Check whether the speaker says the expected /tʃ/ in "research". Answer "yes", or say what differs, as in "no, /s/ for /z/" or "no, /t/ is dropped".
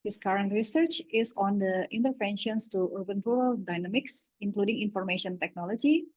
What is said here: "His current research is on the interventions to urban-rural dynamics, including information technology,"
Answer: yes